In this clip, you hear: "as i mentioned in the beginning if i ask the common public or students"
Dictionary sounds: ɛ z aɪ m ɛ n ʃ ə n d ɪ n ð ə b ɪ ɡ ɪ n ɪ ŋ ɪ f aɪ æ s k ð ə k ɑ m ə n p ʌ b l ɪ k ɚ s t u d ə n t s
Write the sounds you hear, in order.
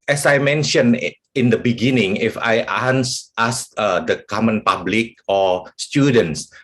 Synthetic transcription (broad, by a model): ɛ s aɪ m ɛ n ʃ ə n ɪ n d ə b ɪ ɡ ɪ n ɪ ŋ ɪ f aɪ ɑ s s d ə k ɑ m ə n p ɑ b l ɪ k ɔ s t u d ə n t s